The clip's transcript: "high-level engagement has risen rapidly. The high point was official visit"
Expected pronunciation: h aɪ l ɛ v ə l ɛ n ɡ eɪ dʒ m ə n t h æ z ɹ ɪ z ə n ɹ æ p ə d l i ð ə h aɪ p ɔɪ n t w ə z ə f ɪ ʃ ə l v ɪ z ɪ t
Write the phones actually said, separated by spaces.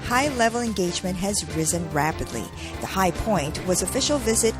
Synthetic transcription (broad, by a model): h aɪ l ɛ v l ɛ n ɡ eɪ dʒ m ə n t h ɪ z ɹ ɪ z ə n ɹ æ p ə d l i ð ə h aɪ p ɔɪ n t w ə z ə f ɪ ʃ l v ɪ z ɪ t